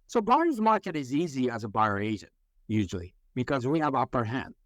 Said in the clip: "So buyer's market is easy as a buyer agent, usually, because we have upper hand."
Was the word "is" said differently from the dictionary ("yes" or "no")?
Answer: no